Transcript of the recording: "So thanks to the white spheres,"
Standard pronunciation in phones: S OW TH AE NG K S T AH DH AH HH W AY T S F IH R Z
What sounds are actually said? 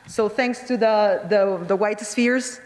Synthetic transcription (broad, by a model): S OW TH AE NG K S T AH DH AH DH W AY T S F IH R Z